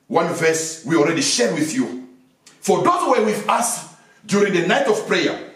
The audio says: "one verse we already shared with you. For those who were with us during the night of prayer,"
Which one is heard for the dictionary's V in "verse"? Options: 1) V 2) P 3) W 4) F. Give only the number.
1